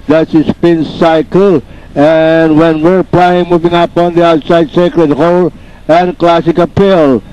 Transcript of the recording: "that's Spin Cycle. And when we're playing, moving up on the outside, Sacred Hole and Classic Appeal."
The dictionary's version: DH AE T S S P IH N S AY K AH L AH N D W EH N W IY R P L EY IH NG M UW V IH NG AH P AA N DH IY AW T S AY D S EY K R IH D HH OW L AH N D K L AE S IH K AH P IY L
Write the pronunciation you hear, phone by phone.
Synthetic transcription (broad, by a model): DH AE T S S P IH N S AY K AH L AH N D W EH N W IY R P L EY IH NG M UW V IH NG AH P AA N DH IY AW T S AY D S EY K R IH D HH OW L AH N K L AE S IH K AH P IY L